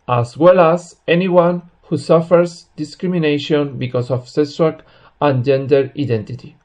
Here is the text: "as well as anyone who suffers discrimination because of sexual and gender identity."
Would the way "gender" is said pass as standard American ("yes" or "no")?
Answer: yes